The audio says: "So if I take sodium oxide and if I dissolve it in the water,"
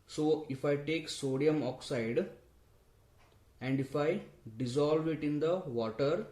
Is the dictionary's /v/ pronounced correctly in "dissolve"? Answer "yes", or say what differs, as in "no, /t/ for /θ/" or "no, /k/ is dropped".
yes